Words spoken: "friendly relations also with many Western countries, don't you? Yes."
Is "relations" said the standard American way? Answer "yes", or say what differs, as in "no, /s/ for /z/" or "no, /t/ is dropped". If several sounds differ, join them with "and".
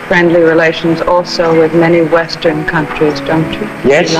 yes